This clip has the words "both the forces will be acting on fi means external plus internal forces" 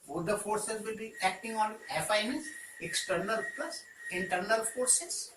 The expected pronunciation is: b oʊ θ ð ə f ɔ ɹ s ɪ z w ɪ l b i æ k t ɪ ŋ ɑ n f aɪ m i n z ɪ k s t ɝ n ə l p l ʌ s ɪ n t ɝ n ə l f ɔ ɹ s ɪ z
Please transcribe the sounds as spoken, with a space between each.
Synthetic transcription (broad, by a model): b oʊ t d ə f ɔ ɹ s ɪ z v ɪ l b i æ k t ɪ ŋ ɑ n f aɪ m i z ɪ k s t ɝ n ə l p l ʌ s ɪ n t ɝ n ə l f ɔ ɹ s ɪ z